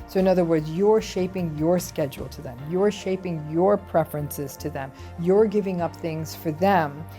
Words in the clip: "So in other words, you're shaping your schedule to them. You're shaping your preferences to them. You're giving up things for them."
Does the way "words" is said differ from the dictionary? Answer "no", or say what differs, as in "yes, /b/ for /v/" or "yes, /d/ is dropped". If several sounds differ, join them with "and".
no